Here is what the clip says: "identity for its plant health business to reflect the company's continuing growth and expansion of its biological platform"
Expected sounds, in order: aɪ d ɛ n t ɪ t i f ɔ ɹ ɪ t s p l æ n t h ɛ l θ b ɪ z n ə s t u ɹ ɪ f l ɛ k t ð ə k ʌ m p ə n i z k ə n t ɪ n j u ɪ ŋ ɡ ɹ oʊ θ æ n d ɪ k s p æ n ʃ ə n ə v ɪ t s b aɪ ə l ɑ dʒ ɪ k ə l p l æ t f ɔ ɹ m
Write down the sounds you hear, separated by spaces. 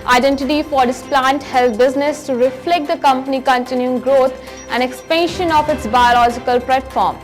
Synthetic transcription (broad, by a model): aɪ d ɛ n t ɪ t i f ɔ ɹ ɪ s p l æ n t h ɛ l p b ɪ z n ə s t u ɹ ɪ f l ɛ k t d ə k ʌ m p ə n i k ə n t ɪ n j u ɪ ŋ ɡ ɹ oʊ t æ n d ɪ k s p æ n ʃ ə n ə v ɪ t s b aɪ ə l ɑ dʒ ɪ k ə l p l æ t f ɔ ɹ m